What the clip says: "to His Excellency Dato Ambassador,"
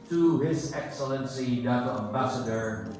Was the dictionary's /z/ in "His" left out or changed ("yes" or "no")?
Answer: no